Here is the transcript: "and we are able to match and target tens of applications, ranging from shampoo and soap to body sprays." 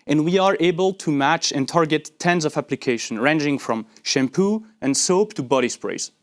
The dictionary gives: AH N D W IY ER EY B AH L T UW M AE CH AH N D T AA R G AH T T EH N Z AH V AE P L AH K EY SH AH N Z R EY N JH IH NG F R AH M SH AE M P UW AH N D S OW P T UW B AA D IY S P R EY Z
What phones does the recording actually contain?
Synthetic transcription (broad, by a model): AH N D W IY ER EY B AH L T UW M AE CH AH N T AA R G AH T T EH N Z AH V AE P L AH K EY SH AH N R EY N JH IH NG F R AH M SH AE M P UW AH N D S OW P T UW B AA D IY S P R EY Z